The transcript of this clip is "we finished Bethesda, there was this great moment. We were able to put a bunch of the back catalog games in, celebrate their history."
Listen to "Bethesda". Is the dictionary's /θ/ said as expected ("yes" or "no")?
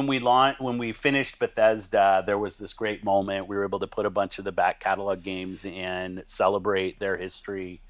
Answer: yes